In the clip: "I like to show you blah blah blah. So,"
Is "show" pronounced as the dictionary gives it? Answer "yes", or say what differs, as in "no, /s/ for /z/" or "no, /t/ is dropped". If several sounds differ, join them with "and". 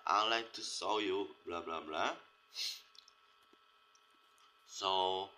no, /s/ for /ʃ/